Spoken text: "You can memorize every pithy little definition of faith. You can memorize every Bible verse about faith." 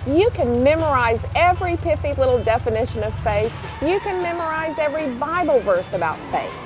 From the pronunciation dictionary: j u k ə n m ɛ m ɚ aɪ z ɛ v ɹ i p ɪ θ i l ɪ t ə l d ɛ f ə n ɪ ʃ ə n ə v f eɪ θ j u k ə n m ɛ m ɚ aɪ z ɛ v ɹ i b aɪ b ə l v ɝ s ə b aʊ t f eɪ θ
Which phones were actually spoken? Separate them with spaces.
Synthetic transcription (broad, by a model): j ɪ k ə n m ɛ m ɚ aɪ z ɛ v ɹ i p ɪ f i l ɪ t l d ɛ f ə n ɪ ʃ ə n ə v f eɪ θ j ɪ k ə n m ɛ m ɚ aɪ z ɛ v ɹ i b aɪ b l v ɝ s ə b aʊ t f eɪ θ